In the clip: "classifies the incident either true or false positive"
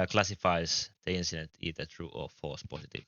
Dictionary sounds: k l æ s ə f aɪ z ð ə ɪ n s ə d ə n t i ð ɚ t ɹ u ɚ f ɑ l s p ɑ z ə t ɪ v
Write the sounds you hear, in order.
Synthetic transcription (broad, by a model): k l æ s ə f aɪ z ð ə ɪ n s ə d ə n t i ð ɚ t ɹ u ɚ f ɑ s p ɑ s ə t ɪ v